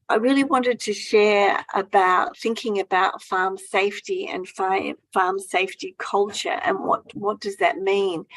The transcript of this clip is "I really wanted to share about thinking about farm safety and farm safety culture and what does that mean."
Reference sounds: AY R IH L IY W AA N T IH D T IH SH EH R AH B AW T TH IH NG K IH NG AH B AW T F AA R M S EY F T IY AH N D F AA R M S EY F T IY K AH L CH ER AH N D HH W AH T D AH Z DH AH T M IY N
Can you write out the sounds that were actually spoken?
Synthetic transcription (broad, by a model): AY R IH L IY W AA N T IH D T IH SH EH R AH B AW T TH IH NG K IH NG AH B AW T F AA R M S EY F T IY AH N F F AA R M S EY F T IY K AH L CH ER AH N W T W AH T D AH Z DH AH T M IY N